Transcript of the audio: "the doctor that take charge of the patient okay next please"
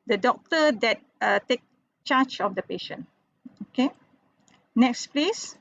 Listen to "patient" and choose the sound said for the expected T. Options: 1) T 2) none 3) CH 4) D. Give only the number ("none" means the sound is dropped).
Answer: 2